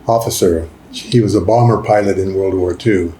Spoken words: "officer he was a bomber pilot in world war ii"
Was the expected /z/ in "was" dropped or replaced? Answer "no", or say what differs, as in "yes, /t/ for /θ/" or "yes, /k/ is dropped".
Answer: no